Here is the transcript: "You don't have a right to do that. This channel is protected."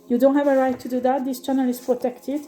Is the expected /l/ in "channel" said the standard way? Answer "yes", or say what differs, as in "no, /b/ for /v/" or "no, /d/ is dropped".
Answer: yes